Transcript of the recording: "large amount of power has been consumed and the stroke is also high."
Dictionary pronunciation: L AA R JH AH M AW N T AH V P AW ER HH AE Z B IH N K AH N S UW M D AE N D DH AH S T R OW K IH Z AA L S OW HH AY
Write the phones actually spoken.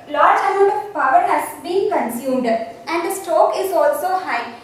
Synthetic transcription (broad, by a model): L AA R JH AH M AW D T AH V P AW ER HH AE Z B IH N K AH N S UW M D AE N D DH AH S T OW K IH Z AA L S OW HH AY